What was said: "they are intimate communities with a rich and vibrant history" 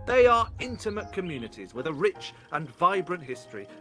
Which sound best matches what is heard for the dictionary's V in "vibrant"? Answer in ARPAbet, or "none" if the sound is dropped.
V